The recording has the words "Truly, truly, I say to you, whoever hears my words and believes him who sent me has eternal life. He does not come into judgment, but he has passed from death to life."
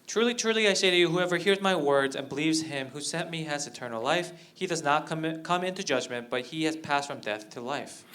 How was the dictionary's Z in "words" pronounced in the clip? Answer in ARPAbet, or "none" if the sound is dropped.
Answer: Z